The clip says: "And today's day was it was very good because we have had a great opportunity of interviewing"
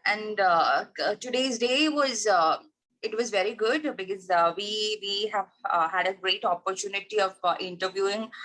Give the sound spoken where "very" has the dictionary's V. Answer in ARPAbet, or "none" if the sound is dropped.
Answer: V